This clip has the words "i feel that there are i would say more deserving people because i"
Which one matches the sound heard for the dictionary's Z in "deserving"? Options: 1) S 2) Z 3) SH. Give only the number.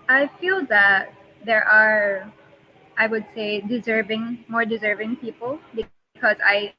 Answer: 2